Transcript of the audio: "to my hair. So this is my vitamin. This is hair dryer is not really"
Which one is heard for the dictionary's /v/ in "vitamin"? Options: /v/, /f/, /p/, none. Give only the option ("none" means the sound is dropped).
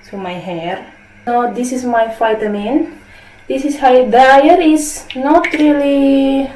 /f/